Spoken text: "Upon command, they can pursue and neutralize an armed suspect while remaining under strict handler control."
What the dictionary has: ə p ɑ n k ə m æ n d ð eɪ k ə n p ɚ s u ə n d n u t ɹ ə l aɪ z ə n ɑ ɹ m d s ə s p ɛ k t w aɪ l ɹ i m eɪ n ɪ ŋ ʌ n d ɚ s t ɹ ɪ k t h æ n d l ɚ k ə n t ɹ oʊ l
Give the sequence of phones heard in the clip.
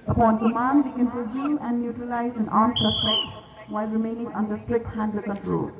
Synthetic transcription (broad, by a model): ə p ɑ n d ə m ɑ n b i k ə n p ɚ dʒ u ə n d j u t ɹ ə l aɪ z ə n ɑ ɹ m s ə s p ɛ t w aɪ l ɹ i m eɪ n ɪ ŋ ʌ n d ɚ s t ɹ ɪ k t h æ n d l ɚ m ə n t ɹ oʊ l